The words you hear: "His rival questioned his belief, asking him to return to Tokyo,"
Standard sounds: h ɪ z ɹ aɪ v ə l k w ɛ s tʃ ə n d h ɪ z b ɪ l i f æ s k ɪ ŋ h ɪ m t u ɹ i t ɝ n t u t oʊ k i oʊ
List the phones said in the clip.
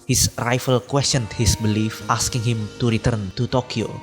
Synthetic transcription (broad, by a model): h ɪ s ɹ aɪ f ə l k w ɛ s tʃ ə n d h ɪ s b ɪ l i f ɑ s k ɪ ŋ h ɪ m t u ɹ i t ɝ n t u t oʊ k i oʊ